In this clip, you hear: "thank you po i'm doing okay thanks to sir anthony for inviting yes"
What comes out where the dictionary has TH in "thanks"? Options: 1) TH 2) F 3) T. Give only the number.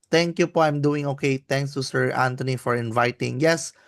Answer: 3